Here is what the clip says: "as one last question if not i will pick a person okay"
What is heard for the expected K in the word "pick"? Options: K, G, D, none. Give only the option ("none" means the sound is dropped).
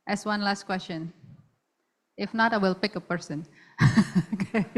K